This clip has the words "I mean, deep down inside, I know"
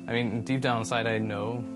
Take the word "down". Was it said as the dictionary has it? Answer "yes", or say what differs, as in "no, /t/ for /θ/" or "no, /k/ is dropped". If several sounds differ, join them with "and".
no, /n/ is dropped